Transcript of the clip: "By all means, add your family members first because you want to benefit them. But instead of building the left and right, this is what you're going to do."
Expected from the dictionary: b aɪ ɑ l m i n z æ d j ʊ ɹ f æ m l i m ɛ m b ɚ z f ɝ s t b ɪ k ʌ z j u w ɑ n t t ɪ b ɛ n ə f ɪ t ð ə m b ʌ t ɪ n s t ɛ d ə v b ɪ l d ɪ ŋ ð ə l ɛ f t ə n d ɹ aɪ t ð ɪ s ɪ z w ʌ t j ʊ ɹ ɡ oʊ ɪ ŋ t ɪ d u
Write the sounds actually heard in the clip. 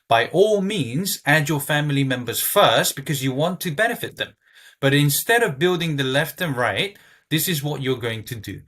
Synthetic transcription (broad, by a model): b aɪ ɑ l m i n z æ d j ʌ ɹ f æ m l i m ɛ m b ɚ z f ɝ s t b ɪ k ʌ z j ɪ w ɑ n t t ɪ b ɛ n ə f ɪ t ð ə m b ʌ t ɪ n s t ɛ d ə v b ɪ l d ɪ ŋ ð ə l ɛ f t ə n ɹ aɪ t ð ɪ s ɪ z w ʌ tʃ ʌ ɹ ɡ oʊ ɪ ŋ t ɪ d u